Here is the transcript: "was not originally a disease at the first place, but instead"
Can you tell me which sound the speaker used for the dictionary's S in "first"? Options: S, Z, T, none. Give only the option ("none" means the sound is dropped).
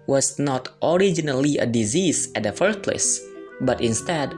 none